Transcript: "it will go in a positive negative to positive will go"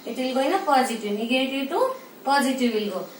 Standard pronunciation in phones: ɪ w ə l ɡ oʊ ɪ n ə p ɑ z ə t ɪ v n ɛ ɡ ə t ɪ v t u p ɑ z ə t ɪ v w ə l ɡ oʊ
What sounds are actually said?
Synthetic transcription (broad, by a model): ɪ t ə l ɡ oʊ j n ə p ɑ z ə t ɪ w n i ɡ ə t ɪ w t u p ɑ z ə t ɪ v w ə l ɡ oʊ